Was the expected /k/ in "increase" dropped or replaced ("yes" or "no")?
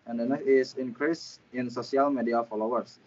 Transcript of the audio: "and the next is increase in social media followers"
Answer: no